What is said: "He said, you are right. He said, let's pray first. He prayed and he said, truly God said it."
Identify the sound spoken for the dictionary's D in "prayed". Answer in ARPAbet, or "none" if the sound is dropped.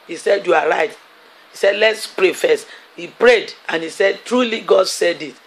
D